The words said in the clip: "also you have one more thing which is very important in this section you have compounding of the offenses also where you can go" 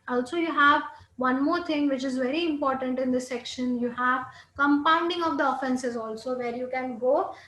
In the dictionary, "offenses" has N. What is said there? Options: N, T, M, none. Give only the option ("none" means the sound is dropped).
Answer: N